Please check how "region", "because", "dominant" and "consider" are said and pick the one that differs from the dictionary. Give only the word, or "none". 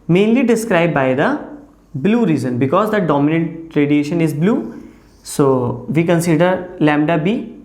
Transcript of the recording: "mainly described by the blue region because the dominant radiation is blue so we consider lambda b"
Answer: region